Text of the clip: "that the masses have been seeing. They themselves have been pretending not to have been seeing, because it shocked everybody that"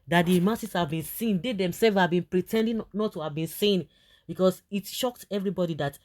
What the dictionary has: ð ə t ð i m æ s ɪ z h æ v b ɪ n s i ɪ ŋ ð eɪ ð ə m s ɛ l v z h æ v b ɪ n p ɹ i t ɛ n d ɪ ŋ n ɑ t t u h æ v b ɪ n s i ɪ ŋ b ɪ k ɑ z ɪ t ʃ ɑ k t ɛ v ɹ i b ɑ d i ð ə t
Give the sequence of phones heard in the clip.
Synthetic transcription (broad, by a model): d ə t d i m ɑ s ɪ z h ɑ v b ɪ n s i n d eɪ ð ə m s ɛ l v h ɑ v b ɪ n p ɹ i t ɛ n d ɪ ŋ n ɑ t t u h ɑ v b ɪ n s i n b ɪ k ɑ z ɪ t ʃ ɑ k t ɛ v ɹ i b ɑ d i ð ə t